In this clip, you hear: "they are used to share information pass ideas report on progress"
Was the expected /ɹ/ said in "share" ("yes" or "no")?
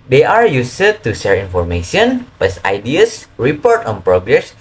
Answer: yes